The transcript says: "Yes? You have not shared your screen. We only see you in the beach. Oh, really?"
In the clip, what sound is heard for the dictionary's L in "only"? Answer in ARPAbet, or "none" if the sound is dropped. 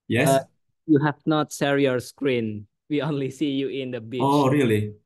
L